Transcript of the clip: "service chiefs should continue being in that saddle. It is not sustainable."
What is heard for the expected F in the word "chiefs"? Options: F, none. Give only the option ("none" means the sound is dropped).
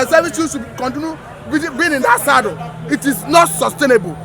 none